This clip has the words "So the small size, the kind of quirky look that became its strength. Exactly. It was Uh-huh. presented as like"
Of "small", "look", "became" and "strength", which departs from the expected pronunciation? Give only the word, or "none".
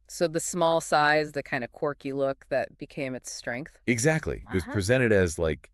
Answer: none